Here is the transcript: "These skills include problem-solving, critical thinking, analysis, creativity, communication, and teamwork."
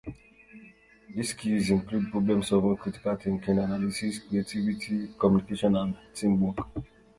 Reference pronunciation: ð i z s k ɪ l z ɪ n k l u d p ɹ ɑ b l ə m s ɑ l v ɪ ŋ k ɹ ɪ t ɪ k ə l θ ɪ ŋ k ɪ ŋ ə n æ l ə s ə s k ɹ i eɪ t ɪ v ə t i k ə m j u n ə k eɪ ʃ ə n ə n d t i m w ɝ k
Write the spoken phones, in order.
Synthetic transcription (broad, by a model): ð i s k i z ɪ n k l u d p ɹ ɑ b l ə m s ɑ v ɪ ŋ k ɹ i t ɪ k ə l t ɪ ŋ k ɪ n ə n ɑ l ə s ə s k ɹ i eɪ t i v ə t i k ə m j u n ə k eɪ ʃ ə n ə n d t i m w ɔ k